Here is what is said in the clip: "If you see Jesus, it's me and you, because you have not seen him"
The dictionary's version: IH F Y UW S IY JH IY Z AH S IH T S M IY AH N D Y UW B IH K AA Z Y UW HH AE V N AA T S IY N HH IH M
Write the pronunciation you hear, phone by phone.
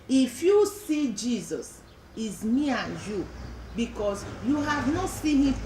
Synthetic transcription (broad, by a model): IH F Y UW S IY JH IY Z AH S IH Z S M IY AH N Y UW B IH K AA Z Y UW HH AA V N AA T S IY N HH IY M